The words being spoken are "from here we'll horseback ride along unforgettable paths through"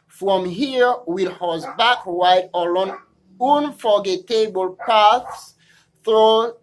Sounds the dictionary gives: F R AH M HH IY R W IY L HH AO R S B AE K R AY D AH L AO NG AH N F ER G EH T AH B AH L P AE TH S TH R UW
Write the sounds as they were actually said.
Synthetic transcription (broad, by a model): F R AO M HH IY R W IY L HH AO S B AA K W AY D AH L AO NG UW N F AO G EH T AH B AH L P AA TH S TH R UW